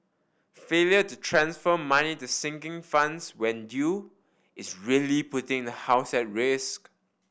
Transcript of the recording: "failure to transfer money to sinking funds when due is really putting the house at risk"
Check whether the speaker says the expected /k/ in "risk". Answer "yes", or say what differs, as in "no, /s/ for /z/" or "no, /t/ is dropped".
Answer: yes